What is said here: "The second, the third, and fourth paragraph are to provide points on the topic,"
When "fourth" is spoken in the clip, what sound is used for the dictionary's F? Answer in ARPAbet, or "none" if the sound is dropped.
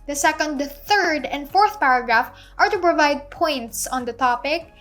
F